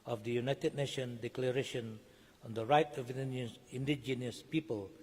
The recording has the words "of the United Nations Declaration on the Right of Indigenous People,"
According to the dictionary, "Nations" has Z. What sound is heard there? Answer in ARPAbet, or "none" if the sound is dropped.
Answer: none